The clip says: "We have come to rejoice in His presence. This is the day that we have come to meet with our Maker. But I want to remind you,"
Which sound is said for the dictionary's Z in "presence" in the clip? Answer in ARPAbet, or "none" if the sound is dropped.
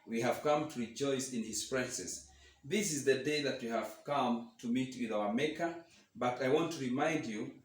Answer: S